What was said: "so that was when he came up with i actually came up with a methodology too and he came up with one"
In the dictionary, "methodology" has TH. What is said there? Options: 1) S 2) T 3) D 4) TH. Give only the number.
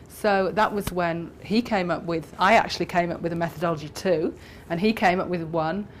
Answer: 4